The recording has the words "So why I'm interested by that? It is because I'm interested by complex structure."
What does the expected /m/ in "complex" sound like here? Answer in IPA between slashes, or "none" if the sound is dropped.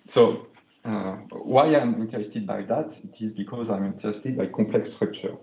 none